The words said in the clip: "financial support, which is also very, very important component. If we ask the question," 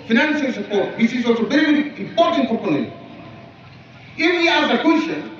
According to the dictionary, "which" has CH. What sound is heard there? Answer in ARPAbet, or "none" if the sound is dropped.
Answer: S